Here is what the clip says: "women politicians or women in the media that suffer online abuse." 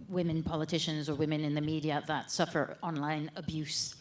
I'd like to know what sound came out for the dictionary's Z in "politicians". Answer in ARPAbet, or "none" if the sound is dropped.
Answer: Z